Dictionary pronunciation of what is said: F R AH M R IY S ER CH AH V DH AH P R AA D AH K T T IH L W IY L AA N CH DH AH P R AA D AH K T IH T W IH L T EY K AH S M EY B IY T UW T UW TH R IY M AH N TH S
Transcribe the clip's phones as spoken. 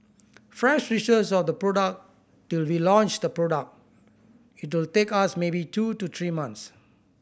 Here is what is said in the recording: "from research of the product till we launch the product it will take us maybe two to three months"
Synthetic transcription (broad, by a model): F R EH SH R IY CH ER S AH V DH AH P R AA D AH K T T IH L W IY L AA N CH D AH P R AA D AH K T IH T W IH L T EY K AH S M EY B IY T UW T UW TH R IY M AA N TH S